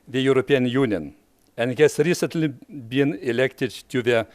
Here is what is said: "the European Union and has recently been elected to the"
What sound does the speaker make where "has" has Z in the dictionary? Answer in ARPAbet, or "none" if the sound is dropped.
S